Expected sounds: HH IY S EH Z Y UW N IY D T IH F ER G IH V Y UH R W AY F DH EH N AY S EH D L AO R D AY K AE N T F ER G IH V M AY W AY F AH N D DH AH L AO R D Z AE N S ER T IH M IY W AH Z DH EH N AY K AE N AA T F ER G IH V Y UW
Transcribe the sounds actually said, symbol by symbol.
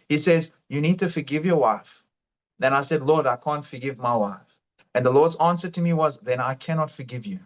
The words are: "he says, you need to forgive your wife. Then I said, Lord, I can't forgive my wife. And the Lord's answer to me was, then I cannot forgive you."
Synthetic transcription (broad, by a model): HH IY S EH Z Y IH N IY D T IH F ER G IH V Y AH R W AY F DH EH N AY S EH D L AO R D AY K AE N T F ER G IH V M AY W AY F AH N DH AH L AO R D Z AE N S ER T IH M IY W AH Z DH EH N AY K AE N AA T F ER G IH V Y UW